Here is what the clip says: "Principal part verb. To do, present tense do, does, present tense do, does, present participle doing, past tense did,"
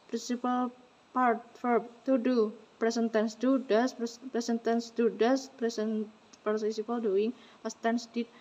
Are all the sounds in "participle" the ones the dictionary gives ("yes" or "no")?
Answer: no